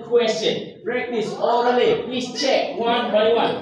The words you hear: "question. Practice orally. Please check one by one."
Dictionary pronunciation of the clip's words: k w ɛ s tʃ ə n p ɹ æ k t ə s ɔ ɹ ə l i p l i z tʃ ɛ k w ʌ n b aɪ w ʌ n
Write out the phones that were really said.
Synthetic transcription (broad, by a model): k w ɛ s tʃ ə n b ɹ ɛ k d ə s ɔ ə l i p l i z tʃ ɛ k w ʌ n b aɪ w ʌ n